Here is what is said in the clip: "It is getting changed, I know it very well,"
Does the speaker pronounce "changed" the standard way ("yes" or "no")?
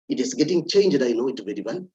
yes